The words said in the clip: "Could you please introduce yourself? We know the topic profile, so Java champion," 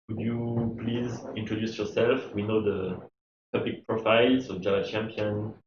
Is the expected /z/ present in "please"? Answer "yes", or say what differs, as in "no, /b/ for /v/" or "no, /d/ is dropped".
yes